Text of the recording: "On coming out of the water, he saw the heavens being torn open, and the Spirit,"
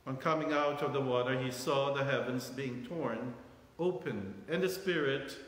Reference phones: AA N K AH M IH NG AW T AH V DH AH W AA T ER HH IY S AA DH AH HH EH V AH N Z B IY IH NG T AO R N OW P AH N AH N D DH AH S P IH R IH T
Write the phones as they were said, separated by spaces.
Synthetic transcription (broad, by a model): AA N K AH M IH NG AW T AH V DH AH W AA T ER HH IY S AA DH AH HH EH V AH N Z B IY IH NG T AO R N OW P AH N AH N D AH S P IH R IH T